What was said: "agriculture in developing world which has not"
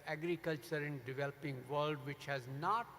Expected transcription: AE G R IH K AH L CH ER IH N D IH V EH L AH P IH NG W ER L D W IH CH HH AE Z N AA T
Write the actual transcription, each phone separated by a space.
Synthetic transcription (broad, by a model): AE G R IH K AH L CH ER IH N D IH V EH L AH P IH NG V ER L D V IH CH HH AE Z N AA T